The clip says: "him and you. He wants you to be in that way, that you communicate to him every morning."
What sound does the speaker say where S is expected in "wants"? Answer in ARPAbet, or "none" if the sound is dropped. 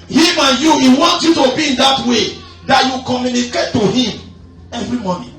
none